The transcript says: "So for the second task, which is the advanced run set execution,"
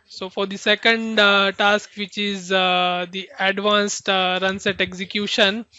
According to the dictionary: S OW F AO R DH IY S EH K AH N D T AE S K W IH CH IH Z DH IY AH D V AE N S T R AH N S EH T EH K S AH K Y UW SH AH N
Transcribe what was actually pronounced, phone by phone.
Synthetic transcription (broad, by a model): S OW F AO R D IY S EH K AH N D T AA S K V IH CH IH Z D IY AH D V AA N S T R AH N S EH T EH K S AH K Y UW SH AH N